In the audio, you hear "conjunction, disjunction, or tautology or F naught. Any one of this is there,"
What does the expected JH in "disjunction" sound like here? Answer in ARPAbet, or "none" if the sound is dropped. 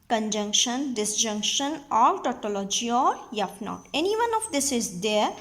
JH